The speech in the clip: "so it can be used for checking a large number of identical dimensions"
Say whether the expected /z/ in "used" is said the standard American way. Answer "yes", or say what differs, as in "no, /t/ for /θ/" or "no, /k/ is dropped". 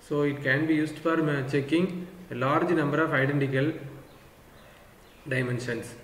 no, /s/ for /z/